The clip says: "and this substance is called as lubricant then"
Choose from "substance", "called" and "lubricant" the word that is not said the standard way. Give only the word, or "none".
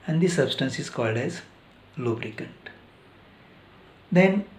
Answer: none